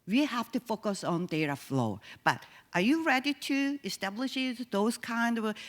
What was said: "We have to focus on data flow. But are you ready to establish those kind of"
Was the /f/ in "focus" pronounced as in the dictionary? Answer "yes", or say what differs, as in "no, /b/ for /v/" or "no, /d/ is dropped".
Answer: yes